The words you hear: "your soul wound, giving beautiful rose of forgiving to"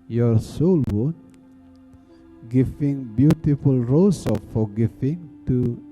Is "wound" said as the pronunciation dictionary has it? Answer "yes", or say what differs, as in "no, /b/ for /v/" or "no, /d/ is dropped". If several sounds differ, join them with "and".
no, /n/ is dropped